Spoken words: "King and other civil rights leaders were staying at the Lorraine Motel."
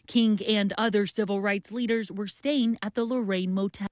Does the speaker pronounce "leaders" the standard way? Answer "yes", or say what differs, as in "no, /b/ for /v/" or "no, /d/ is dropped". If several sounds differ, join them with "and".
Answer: yes